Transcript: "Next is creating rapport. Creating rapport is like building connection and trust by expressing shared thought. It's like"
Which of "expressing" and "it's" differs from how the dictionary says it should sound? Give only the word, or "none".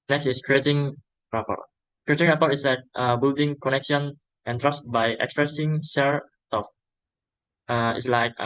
none